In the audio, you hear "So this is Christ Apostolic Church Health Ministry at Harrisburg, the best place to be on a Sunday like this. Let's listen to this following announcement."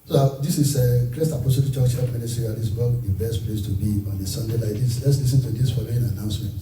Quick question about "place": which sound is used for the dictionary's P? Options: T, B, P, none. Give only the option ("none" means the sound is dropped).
P